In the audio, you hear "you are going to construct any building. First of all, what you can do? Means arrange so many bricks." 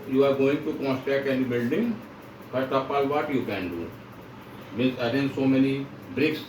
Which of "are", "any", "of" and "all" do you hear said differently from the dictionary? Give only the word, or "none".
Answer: of